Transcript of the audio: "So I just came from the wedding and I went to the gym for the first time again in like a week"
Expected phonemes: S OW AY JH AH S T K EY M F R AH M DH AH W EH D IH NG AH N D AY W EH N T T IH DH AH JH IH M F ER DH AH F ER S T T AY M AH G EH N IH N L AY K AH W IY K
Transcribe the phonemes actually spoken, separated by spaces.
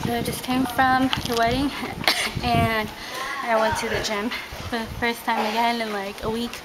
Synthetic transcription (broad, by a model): S OW AY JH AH S K EY M F R AH M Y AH W EH D IH NG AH N AY W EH N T T IH DH AH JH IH M F ER DH AH F ER S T T AY M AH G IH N IH N L AY K AH W IY K